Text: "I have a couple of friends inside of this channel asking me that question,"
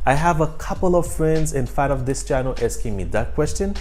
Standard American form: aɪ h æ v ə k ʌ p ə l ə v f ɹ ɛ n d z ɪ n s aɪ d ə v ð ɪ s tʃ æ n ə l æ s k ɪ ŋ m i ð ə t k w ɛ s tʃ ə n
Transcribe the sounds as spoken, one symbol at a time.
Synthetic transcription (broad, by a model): aɪ h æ v ə k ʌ p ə l ə v f ɹ ɛ n d z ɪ n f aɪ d ə v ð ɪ s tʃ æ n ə l æ s k ɪ ŋ m i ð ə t k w ɛ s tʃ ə n